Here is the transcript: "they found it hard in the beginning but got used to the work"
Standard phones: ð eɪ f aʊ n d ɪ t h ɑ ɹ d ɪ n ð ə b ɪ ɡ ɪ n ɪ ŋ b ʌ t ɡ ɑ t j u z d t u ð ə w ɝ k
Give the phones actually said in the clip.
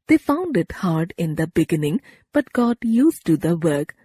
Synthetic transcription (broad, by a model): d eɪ f aʊ n d ɪ t h ɑ ɹ d ɪ n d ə b ɪ ɡ ɪ n ɪ ŋ b ʌ t ɡ ɑ t j u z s t u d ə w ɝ k